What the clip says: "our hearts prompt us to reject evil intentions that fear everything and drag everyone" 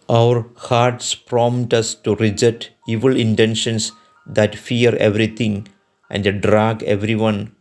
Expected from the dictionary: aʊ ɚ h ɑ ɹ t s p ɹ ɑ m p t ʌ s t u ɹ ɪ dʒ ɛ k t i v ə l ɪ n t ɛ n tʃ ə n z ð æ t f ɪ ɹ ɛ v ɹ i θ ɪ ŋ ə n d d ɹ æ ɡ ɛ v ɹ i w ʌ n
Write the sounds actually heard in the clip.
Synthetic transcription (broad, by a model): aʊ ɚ h ɑ ɹ t s p ɹ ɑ m t ʌ s t u ɹ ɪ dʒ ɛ t i v ə l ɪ n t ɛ n ʃ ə n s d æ t f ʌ ɹ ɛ v ɹ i t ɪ ŋ ə n d d ɹ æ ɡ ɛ v ɹ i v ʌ n